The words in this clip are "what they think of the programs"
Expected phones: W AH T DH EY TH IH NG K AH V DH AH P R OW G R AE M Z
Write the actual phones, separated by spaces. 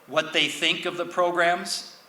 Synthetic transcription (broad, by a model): W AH T DH EY TH IH NG K AH V DH AH P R OW G R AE M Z